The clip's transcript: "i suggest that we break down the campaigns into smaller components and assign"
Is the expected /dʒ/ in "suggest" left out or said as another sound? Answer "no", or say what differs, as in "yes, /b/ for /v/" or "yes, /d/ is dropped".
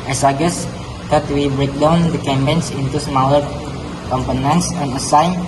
yes, /dʒ/ is dropped